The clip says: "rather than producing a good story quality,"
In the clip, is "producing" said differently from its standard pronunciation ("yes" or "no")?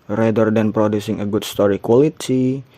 no